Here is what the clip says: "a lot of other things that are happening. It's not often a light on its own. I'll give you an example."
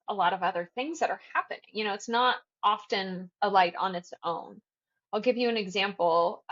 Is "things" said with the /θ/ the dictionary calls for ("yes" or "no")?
yes